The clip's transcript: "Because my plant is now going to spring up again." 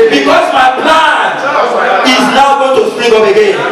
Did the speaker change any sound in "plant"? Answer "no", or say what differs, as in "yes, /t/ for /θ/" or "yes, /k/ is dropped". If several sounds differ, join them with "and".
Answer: yes, /t/ is dropped